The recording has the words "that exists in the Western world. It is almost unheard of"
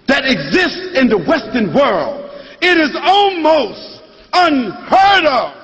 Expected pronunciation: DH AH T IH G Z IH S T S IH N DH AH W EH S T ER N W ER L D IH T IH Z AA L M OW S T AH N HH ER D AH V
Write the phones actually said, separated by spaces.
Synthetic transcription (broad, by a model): DH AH T IH G Z IH S T S IH N DH AH W EH S T ER N W ER L D IH T IH Z AA L M OW S T AH N HH ER D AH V